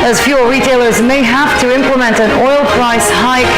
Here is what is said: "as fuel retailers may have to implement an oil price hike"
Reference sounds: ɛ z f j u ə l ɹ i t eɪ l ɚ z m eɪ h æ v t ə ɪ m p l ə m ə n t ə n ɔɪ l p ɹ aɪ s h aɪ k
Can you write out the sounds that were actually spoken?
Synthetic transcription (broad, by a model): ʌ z f j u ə ɹ i t eɪ l ɚ z m eɪ h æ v t ə ɪ m p l ə m ə n t ə n ɔɪ l p ɹ aɪ s h aɪ